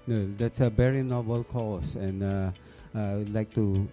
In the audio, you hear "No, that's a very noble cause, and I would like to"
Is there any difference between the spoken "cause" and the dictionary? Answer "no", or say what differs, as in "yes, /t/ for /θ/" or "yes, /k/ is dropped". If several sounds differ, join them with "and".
yes, /s/ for /z/